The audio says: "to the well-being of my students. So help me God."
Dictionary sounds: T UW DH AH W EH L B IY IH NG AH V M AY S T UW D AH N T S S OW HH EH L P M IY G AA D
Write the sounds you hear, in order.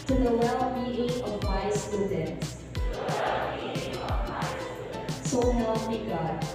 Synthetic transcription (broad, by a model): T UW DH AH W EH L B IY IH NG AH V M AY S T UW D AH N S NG S OW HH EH P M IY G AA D